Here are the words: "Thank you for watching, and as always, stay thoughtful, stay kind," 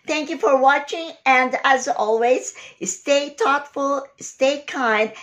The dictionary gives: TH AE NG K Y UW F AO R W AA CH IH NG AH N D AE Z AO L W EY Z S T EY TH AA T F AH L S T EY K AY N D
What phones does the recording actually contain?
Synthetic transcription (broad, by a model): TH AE NG K Y UW F AO R W AA CH IH NG AH N D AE Z AO L W EY Z S T EY T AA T F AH L S T EY K AY N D